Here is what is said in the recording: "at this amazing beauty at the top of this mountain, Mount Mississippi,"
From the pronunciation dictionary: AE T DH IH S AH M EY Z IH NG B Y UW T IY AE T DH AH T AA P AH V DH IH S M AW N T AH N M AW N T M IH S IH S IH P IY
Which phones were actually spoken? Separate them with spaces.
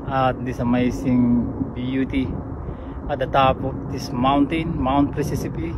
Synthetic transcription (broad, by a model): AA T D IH S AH M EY S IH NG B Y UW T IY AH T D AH T AA P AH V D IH S M AW N T AH N M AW N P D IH S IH S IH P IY